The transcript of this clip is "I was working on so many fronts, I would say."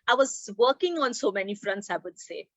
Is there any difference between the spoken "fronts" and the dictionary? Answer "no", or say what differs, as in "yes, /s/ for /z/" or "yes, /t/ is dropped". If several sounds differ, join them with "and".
no